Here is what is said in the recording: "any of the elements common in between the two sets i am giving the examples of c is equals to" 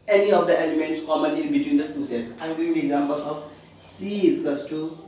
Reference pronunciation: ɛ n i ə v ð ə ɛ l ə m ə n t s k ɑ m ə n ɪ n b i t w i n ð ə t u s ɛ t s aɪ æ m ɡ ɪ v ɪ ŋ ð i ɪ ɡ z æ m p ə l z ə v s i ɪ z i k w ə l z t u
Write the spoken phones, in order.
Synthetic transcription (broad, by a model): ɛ n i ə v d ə ɛ l ə m ə n t s k ɑ m ə n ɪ l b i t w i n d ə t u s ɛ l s aɪ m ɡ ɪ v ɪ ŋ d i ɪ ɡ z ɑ m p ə l s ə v s i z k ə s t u